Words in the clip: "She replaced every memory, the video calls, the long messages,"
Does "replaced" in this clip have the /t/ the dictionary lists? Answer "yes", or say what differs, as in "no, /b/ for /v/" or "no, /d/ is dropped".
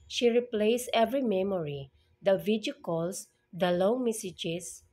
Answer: no, /t/ is dropped